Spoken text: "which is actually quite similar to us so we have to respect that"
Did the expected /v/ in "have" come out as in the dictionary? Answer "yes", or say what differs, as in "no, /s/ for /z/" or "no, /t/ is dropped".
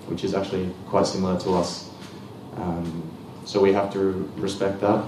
no, /f/ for /v/